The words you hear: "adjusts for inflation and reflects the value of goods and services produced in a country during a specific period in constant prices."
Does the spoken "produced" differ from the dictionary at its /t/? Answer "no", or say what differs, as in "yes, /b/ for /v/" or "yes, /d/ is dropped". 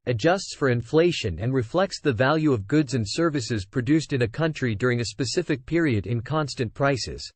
no